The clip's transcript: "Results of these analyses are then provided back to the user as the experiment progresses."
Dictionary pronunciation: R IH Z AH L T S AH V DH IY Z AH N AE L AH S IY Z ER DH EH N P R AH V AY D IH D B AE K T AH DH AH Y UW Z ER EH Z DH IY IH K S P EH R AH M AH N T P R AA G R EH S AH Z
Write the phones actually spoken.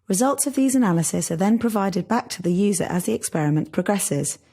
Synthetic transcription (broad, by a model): R IH Z AH L T S AH V DH IY Z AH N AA L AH S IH S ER DH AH N P R AH V AY D IH D B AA K T AH DH AH Y UW Z ER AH Z DH IY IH K S P EH R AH M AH N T P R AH G R EH S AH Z